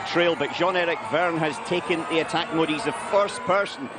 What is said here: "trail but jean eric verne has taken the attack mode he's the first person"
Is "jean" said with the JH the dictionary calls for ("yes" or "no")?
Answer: no